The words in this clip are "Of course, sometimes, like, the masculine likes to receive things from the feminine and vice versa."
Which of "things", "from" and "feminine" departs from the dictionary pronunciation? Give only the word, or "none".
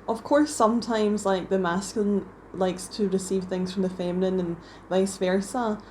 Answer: none